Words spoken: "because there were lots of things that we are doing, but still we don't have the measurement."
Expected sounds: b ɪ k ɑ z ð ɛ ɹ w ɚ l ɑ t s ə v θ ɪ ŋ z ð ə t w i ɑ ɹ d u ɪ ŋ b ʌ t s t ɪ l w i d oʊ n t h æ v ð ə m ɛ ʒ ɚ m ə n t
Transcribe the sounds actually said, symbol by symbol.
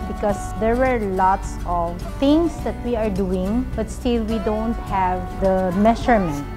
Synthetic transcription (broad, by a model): b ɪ k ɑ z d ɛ ɹ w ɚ l ɑ t s ə v t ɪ ŋ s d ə t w i ɑ ɹ d u ɪ ŋ b ʌ t s t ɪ l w i d oʊ n t h æ v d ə m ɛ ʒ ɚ m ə n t